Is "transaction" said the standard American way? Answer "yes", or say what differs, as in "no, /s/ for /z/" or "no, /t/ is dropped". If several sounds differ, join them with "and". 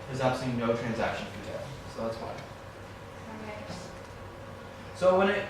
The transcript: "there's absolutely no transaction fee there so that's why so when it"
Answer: yes